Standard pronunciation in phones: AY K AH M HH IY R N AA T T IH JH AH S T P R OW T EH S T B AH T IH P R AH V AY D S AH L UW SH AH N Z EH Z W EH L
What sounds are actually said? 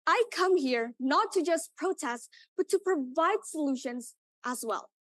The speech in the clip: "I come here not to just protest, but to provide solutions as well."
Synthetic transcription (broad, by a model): AY K AH M HH IY R N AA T T IH JH AH S P R OW T EH S T B AH T IH P R AH V AY D S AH L UW SH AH N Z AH Z W EH L